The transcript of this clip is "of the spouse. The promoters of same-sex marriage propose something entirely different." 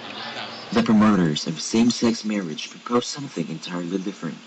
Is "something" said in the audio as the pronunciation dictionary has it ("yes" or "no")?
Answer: yes